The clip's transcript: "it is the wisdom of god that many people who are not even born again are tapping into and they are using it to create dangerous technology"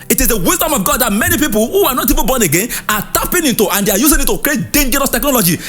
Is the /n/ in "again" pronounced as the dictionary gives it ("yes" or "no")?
yes